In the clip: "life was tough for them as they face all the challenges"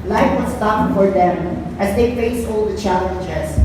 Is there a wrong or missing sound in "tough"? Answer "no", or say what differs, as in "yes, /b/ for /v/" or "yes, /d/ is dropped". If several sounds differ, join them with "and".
yes, /p/ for /f/